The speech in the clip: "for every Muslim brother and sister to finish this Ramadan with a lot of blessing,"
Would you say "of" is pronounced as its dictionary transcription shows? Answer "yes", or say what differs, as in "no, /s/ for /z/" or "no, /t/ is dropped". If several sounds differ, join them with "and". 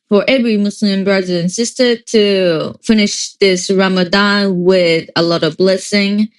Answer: yes